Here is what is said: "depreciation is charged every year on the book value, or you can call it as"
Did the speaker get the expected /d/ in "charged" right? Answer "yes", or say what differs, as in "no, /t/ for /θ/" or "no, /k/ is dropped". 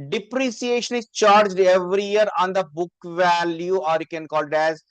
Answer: yes